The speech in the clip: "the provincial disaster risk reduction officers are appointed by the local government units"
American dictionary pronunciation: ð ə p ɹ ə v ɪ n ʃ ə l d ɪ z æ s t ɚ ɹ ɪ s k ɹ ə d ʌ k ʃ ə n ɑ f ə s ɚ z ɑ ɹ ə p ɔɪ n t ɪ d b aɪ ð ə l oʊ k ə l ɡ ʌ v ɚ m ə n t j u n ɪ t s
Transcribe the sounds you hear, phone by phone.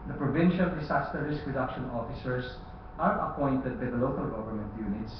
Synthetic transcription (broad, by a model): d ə p ɹ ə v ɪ n ʃ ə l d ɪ s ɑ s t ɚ ɹ ɪ s k ɹ ə d ʌ k ʃ ə n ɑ f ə s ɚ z ɑ ɹ ə p ɔɪ n t ɪ d b aɪ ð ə l oʊ k ə l ɡ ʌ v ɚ m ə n t j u n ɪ t s